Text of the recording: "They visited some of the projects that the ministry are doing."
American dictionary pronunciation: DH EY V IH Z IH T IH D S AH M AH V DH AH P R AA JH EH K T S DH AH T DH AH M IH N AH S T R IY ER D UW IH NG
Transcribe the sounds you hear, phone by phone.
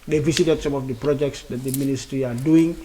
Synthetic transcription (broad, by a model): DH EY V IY S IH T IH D S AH M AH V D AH P R AA JH EH K T S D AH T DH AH M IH N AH S T R IY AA D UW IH NG